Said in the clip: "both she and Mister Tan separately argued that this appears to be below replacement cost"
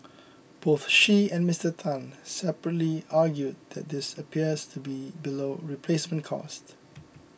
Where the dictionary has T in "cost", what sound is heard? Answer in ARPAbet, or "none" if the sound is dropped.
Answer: T